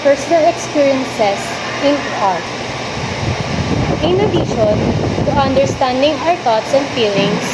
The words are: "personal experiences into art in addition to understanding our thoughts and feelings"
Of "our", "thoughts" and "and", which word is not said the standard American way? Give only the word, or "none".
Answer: thoughts